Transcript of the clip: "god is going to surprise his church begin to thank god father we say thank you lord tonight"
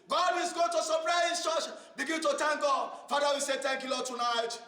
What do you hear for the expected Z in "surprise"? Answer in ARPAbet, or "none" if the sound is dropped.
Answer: none